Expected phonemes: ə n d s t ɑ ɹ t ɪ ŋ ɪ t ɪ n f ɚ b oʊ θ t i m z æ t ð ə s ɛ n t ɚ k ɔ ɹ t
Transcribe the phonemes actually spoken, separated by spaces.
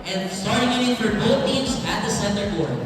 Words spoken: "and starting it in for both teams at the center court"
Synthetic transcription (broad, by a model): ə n s t ɑ ɹ t ɪ ŋ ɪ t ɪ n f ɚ b oʊ θ t i m z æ t ð ə s ɛ n t ɚ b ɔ ɹ